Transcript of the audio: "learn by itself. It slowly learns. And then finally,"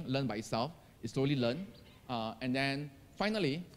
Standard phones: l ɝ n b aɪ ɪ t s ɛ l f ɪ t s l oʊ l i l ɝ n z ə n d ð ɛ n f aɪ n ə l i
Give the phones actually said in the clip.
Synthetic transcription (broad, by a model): l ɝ n b aɪ ɪ t s ɛ l f ɪ t s l oʊ l i l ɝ n ə n d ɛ n f aɪ n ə l i